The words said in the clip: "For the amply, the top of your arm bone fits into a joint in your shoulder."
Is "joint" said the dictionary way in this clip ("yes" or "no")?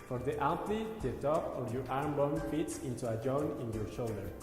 no